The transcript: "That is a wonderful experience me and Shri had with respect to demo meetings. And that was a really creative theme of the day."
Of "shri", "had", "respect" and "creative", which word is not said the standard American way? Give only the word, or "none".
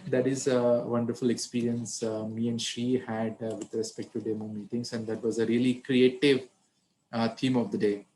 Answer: shri